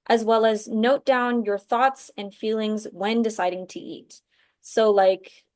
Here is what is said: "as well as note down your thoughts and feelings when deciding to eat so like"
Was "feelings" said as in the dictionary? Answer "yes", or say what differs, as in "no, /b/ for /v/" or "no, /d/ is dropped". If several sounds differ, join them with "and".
yes